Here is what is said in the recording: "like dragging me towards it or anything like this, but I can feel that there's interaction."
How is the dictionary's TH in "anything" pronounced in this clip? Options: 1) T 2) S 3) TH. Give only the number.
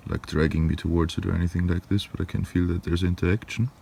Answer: 3